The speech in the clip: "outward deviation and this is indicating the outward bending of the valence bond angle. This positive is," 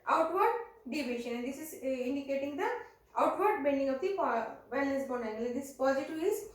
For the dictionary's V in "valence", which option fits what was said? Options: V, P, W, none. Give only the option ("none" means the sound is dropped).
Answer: P